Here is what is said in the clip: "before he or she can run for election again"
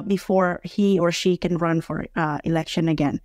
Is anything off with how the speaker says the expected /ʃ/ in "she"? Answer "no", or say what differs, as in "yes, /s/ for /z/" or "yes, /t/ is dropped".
no